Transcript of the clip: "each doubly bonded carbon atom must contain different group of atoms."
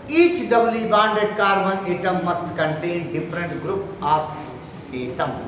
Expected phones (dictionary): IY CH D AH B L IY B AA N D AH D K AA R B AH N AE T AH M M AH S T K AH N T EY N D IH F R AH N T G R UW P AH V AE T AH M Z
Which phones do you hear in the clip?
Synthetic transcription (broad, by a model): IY CH D AH B L IY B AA N D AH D K AA R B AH N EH T AH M M AH S T K AH N T EY N D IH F R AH N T G R UW P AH P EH T AH M